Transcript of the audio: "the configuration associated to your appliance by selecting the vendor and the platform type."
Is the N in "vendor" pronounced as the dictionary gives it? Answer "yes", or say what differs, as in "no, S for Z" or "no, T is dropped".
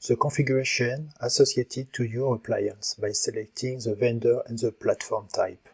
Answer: yes